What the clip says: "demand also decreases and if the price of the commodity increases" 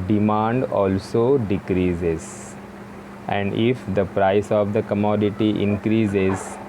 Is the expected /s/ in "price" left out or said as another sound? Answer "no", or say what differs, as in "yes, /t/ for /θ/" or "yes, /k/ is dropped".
no